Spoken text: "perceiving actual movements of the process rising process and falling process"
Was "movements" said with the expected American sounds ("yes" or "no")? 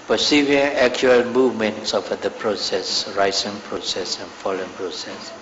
yes